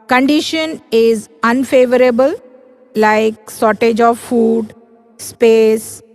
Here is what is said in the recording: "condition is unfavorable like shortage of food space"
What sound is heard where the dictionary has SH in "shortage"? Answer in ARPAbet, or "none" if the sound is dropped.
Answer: S